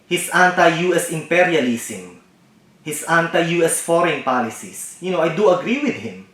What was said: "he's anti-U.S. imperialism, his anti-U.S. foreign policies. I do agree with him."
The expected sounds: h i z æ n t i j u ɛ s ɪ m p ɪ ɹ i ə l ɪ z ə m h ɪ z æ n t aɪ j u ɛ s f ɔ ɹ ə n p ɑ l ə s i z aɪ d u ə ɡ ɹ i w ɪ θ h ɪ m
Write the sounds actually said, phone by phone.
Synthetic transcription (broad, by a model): h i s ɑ n t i j u ɛ s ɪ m p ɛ ɹ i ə l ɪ s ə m h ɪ s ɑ n t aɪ j u ɛ s f ɔ ɹ ə n p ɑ l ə s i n aɪ d u ə ɡ ɹ i w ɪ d h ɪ m